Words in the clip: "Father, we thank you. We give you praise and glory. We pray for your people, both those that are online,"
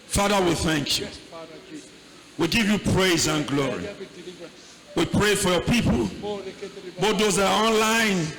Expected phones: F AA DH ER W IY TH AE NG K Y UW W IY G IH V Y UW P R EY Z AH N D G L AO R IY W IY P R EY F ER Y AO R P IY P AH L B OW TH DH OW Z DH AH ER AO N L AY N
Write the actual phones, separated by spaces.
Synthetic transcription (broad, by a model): F AA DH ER W IY TH AE NG K Y UW W IY G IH V Y UW P R EY Z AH N G L AO R IY W IY P R EY F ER Y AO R P IY P AH L B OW T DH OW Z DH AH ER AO N L AY N